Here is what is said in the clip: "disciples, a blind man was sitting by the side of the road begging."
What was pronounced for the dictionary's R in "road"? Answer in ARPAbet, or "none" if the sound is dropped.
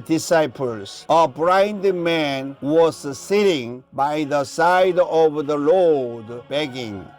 L